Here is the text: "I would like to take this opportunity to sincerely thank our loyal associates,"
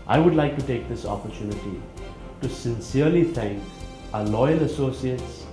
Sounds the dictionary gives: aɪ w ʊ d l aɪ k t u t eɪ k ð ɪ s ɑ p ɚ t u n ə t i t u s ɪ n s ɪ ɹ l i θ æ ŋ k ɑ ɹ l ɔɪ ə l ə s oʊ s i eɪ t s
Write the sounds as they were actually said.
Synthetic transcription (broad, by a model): aɪ w ʊ d l aɪ k t u t eɪ k ð ɪ s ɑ p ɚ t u n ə t i t u s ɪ n s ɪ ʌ l i θ æ ŋ k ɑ l ɔɪ ə l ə s oʊ s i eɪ t s